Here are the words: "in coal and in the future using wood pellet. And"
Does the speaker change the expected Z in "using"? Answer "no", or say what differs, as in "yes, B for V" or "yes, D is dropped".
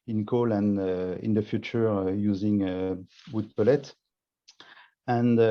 no